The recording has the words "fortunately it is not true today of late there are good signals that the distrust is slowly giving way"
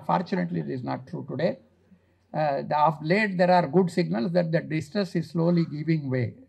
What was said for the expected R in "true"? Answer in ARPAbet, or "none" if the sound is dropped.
R